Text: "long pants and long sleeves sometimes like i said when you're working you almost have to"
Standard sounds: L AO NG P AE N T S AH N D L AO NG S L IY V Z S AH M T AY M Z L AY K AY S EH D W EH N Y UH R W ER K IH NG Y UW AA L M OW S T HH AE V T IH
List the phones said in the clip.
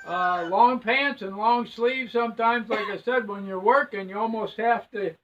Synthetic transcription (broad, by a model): L AO NG P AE N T S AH N L AO NG S L IY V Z S AH M T AY M Z L AY K AY S EH D W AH N Y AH R W ER K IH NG Y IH AA L M OW S T HH AE F T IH